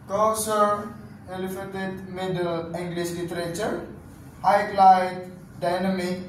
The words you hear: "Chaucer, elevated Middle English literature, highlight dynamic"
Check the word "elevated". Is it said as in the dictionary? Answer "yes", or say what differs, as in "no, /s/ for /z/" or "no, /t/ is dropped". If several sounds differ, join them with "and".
no, /f/ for /v/